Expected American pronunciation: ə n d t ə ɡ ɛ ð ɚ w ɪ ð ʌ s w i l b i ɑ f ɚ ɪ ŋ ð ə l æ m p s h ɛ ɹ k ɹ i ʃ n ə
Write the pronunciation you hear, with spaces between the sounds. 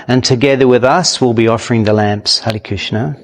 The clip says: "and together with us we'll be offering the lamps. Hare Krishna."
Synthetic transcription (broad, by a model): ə n t ə ɡ ɛ ð ɚ w ɪ ð ʌ s w i l b i ɑ f ɚ ɪ ŋ ð ə l æ m p s h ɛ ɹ k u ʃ n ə